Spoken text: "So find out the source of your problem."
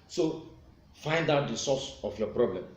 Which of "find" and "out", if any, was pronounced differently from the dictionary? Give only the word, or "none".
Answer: none